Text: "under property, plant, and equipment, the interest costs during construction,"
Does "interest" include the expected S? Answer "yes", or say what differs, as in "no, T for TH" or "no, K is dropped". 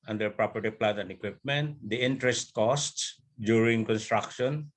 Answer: yes